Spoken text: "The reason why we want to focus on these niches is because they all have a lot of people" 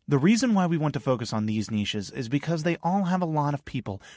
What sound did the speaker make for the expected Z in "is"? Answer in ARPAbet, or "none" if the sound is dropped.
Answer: Z